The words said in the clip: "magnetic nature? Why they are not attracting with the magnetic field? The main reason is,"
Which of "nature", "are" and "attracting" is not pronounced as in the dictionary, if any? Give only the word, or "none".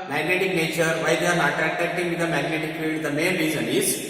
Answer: attracting